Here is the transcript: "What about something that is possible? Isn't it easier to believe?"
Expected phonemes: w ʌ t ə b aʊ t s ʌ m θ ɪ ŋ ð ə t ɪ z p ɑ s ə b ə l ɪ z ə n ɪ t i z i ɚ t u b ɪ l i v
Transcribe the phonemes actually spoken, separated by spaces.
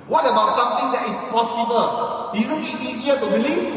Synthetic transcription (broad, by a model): w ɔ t ə b aʊ t s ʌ m t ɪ ŋ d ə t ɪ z p ɑ s ə b ə l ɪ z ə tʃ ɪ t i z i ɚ t u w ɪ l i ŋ